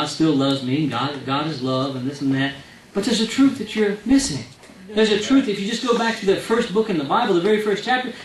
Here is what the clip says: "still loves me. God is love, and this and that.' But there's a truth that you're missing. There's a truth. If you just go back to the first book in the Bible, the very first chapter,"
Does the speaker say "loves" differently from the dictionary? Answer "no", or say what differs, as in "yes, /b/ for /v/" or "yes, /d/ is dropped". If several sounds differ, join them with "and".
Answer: no